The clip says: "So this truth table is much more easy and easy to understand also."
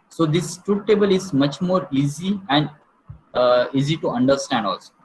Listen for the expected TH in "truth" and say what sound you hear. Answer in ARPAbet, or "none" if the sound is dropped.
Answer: T